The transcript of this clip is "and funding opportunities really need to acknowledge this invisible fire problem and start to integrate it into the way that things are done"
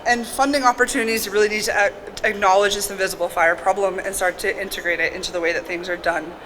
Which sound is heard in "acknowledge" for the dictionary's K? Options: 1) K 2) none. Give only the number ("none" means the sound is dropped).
1